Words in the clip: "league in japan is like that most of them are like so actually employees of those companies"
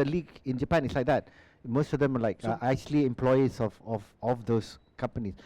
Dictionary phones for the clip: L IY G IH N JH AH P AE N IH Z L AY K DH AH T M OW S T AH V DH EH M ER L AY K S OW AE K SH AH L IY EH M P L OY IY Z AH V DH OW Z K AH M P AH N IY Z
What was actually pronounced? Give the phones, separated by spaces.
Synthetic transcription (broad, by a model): L IY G IH N JH AH P AE N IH S L AY K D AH T M OW S T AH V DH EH M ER L AY K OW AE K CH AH L IY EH M P L OY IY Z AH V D OW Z K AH M P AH N IY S